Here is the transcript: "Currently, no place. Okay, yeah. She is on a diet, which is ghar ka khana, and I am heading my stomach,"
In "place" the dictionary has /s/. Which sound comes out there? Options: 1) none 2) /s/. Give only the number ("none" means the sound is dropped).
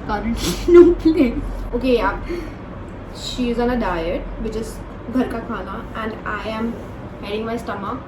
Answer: 1